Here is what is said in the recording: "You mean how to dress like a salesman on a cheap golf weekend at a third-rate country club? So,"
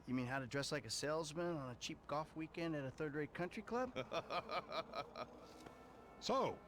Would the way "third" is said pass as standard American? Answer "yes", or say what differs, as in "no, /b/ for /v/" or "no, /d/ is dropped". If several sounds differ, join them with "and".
yes